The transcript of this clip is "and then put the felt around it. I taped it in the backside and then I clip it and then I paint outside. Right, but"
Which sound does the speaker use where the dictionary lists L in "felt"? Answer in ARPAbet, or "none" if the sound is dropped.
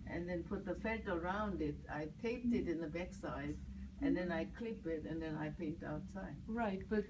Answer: none